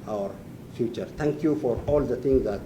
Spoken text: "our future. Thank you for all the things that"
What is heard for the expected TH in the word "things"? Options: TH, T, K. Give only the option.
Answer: T